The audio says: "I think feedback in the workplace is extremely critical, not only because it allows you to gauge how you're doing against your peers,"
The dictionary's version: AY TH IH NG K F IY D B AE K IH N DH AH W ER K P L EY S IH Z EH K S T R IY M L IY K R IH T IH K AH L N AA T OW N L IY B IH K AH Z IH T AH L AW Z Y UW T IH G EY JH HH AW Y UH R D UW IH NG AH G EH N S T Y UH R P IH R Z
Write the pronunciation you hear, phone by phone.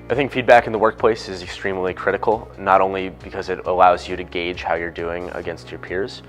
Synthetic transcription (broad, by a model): AY TH IH NG K F IY D B AE K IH N DH AH W ER K P L EY S IH Z EH K S T R IY M L IY K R IH T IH K L N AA T OW N L IY B IH K AH Z IH T AH L AW Z Y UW T IH G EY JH HH AW Y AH R D UW IH NG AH G EH N S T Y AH R P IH R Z